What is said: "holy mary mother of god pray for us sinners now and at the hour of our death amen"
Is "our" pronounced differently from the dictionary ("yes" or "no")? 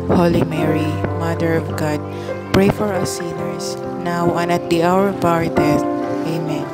no